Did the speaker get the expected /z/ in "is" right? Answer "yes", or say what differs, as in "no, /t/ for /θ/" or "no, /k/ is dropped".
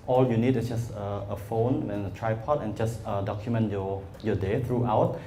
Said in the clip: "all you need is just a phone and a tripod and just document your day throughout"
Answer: no, /s/ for /z/